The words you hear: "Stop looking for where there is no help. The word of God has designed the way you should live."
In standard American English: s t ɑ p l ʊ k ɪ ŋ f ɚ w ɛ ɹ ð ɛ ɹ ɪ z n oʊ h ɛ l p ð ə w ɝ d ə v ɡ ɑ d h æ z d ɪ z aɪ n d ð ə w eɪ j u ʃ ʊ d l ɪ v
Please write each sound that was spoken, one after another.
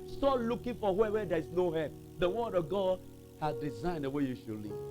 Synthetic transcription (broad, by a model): s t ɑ l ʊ k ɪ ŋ f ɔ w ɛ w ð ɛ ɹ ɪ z n oʊ h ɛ p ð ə w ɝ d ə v ɡ ɑ d h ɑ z d ɪ z aɪ n d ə w eɪ j u ʃ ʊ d l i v